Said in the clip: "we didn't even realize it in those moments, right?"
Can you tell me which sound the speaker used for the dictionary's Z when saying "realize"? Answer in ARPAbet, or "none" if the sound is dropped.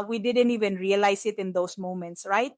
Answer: S